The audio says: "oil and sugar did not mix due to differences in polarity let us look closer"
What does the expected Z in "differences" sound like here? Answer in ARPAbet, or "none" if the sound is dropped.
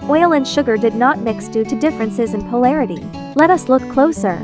Z